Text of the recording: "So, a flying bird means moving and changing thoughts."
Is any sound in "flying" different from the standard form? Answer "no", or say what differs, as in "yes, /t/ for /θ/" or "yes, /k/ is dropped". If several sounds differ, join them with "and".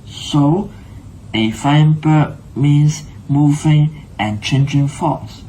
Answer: yes, /l/ is dropped